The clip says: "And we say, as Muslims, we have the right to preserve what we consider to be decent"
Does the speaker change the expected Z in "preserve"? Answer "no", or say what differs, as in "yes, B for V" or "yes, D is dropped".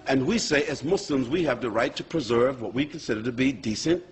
no